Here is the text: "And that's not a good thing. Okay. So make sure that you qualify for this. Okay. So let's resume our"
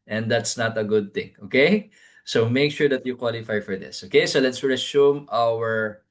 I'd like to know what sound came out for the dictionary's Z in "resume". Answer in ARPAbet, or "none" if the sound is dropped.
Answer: S